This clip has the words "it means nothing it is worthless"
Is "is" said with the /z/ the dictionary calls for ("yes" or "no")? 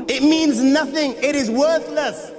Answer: yes